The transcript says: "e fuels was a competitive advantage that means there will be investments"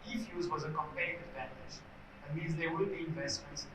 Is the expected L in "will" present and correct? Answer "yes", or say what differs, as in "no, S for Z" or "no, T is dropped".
no, N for L